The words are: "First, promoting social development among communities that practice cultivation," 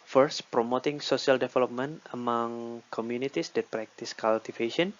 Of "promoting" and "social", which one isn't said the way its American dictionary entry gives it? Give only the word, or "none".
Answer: social